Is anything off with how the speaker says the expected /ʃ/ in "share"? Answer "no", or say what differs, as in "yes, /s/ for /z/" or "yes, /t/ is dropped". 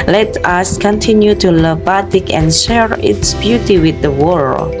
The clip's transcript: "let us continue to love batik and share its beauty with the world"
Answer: no